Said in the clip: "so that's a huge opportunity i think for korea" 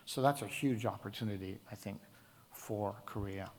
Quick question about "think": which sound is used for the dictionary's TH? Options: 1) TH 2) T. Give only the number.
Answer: 1